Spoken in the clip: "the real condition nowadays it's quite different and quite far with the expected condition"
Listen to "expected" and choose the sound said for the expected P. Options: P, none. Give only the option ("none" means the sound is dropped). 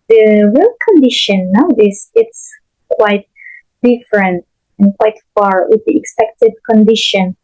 P